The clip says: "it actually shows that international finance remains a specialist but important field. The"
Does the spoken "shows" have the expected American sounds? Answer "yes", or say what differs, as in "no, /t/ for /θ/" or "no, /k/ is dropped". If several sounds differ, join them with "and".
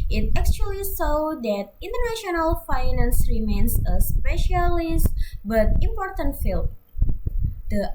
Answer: no, /s/ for /ʃ/